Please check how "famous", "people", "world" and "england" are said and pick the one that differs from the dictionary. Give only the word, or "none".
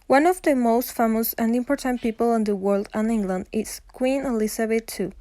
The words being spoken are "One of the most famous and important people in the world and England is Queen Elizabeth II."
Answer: none